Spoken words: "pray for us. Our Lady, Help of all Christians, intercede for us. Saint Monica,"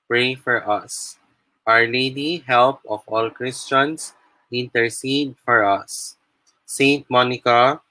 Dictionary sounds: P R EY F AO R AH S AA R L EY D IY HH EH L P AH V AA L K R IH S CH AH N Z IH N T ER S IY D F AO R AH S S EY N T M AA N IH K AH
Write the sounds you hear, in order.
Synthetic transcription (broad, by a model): P R EY F AO R AH S AA R L EY D IY HH EH L P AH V AA L K R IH S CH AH N S IH N T ER S IY D F AO R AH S S EY N T M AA N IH K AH